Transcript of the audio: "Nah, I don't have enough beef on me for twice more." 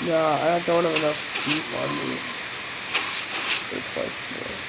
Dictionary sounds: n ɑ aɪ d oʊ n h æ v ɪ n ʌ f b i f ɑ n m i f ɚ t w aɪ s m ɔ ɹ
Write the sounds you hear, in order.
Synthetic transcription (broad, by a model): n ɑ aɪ d oʊ n h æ v ɪ n ʌ f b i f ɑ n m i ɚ t w aɪ s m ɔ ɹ